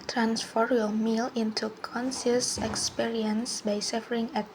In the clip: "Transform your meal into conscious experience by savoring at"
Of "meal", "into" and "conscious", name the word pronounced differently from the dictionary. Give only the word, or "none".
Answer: conscious